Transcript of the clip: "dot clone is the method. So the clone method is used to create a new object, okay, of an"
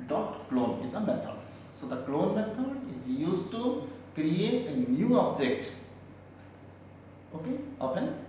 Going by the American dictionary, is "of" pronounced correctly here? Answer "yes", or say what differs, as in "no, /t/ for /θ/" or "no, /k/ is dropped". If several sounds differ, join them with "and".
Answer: no, /p/ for /v/